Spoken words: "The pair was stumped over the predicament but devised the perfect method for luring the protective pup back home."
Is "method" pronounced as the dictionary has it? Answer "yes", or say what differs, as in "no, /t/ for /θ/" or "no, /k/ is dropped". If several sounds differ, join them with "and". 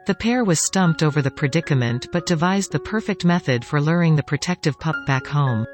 yes